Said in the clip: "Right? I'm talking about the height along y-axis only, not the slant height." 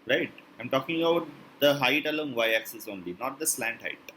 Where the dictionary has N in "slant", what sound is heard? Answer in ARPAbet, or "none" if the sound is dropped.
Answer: N